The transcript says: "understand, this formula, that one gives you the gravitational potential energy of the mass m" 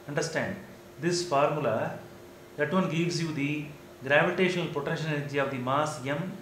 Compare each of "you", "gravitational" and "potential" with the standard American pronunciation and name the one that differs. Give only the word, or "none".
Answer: potential